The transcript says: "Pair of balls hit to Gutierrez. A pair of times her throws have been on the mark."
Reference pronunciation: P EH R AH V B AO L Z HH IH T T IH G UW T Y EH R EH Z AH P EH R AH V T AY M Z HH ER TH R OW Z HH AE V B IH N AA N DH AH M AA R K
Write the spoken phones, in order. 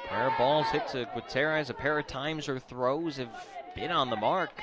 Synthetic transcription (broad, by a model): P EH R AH B AO L Z HH IH T S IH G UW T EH R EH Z AH P EH R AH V T AY M Z ER TH R OW Z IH V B IH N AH N DH AH M AA R K